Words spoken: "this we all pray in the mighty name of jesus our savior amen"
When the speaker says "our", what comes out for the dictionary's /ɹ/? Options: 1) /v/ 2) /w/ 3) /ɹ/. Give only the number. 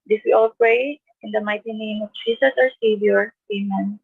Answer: 3